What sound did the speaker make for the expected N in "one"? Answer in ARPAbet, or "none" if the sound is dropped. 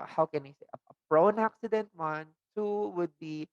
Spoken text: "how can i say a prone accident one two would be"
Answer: N